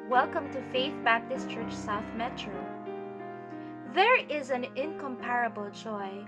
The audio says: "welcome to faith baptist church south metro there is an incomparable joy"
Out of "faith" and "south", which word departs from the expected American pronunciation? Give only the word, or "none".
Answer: none